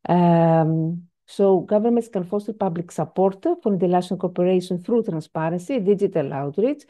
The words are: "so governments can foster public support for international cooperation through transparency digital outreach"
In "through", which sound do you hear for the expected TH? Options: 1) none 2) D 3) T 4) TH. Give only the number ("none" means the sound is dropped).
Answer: 4